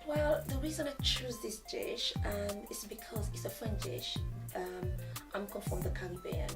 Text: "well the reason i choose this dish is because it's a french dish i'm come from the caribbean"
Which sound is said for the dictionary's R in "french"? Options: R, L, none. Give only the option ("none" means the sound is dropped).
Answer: none